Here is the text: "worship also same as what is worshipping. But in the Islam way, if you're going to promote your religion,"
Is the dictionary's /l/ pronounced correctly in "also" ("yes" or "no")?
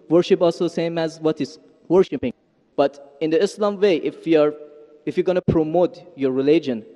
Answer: yes